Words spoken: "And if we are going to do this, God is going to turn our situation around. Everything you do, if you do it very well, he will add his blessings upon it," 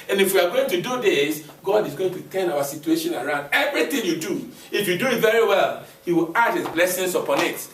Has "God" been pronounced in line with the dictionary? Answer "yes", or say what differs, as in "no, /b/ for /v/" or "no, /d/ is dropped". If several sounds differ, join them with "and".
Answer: yes